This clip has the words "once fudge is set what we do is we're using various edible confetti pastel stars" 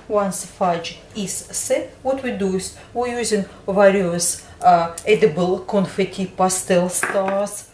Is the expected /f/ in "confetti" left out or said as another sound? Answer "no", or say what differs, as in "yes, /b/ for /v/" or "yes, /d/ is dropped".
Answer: no